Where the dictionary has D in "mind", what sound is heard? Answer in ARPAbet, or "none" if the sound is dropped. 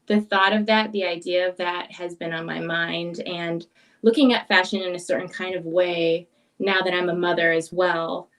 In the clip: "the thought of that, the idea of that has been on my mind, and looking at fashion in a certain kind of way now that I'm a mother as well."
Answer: D